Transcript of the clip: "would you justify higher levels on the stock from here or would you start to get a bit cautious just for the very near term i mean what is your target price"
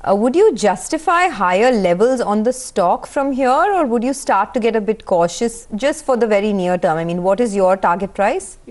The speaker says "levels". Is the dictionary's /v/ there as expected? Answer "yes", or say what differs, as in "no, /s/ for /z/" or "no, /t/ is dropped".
yes